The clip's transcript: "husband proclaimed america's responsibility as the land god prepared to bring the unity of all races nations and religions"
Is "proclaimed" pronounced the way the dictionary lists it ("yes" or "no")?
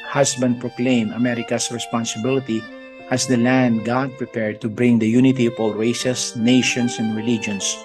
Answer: no